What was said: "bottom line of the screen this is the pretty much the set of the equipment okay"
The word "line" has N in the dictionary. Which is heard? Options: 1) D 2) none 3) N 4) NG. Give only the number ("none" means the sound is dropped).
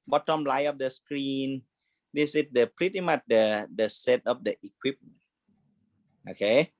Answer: 2